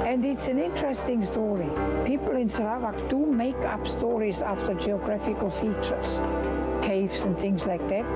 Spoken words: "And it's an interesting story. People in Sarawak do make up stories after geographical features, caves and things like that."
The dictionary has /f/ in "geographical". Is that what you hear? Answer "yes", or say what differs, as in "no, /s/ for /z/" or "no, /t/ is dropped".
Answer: yes